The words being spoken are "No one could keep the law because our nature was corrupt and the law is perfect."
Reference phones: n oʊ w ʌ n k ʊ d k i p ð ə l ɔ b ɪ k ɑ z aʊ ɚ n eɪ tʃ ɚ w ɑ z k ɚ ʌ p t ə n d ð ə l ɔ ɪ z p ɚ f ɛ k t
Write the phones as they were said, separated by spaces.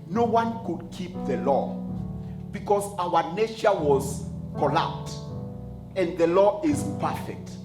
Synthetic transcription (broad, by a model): n oʊ w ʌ n k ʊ d k i p ð ə l ɔ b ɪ k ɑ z aʊ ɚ n eɪ tʃ ɚ w ɑ z k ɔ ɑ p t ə n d ð ə l ɔ ɪ z p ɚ f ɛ k t